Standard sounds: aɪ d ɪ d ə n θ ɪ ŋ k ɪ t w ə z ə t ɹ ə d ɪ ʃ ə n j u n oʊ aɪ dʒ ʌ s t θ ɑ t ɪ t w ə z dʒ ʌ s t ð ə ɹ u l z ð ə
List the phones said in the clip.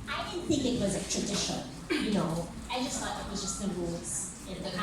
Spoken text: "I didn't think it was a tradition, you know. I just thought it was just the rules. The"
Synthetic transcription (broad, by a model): aɪ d ɪ d n θ ɪ ŋ k ɪ t w ə z ə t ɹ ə d ɪ ʃ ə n j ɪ n oʊ aɪ dʒ ʌ s t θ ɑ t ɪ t w ə z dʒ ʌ s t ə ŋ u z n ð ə